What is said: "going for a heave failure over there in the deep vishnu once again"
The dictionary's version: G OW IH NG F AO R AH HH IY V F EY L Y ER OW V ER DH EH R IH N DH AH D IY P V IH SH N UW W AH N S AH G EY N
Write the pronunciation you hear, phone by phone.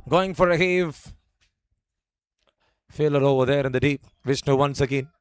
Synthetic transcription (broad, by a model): G OW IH NG F AO R AH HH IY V F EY L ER OW V ER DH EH R IH N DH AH D IY P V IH S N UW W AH N S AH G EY N